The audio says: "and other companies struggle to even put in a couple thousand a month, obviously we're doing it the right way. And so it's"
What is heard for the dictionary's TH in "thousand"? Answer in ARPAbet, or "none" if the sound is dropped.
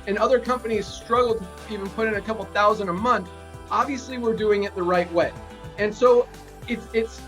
TH